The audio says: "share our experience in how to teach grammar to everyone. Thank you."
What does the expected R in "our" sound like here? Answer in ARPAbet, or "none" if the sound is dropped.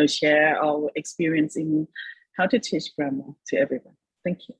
L